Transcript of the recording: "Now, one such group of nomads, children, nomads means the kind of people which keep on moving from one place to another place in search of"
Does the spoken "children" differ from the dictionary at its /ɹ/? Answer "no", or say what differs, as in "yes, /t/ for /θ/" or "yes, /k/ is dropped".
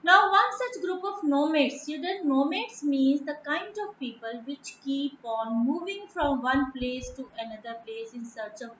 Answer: yes, /ɹ/ is dropped